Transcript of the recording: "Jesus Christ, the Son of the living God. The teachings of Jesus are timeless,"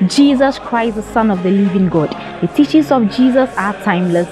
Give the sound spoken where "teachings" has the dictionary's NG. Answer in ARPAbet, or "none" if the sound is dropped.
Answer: none